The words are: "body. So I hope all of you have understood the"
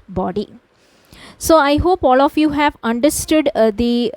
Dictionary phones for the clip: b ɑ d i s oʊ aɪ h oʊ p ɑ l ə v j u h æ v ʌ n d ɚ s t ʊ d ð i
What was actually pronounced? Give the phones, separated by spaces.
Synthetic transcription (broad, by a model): b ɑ d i s oʊ aɪ h oʊ p ɑ l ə f j u h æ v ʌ n d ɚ s t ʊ d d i